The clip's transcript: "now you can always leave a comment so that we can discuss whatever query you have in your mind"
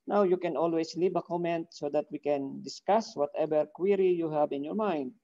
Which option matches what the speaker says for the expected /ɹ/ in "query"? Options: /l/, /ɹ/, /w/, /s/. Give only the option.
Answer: /ɹ/